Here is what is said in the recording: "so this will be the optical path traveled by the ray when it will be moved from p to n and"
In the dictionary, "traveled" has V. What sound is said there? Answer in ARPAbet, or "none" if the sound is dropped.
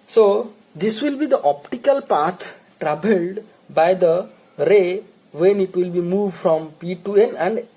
B